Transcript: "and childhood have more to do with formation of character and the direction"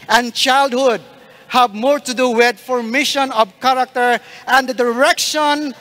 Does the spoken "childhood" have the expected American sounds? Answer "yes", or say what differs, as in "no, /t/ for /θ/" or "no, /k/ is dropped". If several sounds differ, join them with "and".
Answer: yes